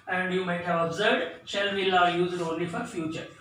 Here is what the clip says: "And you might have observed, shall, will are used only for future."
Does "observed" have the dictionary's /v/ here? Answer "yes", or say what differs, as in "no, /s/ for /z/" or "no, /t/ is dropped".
no, /v/ is dropped